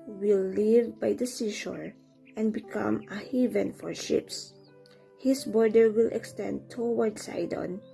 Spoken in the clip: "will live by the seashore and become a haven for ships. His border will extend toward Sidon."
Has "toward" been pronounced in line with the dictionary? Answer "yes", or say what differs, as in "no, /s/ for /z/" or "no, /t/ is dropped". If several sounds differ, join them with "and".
no, /w/ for /ɹ/